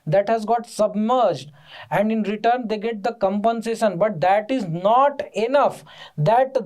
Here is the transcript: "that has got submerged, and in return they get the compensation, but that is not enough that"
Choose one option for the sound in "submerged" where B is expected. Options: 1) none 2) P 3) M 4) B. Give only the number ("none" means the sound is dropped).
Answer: 4